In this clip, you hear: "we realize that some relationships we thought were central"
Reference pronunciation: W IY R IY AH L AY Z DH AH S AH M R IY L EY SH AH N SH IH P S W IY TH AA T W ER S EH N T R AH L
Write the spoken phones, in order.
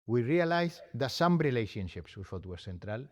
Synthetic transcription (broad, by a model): W IY R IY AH L AY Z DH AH S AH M R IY L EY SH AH N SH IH P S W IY S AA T W ER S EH N T R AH L